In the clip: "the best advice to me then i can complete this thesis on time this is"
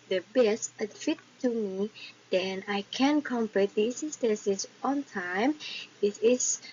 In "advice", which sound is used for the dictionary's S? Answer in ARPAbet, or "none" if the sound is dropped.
none